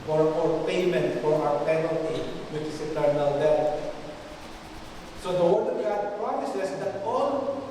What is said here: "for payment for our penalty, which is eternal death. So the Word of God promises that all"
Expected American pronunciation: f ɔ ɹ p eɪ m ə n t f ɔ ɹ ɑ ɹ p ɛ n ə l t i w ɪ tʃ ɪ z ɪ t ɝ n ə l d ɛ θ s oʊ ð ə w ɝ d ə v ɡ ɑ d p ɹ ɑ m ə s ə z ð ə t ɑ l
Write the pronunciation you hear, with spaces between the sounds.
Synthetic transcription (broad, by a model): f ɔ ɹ p eɪ m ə n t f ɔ ɹ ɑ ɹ p ɛ n ə l t i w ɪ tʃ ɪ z ɪ t ɝ n ə l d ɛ t s oʊ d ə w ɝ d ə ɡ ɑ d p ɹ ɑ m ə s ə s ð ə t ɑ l